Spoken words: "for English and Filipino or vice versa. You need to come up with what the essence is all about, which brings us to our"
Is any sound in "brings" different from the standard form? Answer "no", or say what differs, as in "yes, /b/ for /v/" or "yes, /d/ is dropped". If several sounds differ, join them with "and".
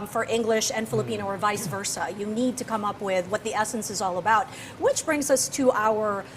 no